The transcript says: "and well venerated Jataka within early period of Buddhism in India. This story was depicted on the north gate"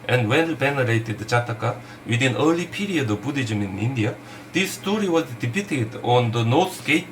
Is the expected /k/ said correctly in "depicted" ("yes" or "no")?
no